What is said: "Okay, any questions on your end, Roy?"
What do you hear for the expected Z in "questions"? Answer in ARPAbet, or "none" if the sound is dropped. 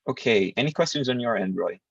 Z